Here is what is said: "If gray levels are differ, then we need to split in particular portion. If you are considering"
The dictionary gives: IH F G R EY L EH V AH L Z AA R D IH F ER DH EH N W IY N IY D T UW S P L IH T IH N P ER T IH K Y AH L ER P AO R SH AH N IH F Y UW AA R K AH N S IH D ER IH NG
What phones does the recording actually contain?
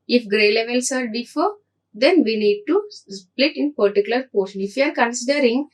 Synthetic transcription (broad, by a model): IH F G R EY L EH V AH L S AA R D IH F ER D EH N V IY N IY D T UW S P L IH T IH N P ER T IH K Y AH L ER P AO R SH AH N IH F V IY AA R K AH N S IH D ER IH NG